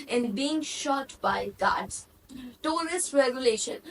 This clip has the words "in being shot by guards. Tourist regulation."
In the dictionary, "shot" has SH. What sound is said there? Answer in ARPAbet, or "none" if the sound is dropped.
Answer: SH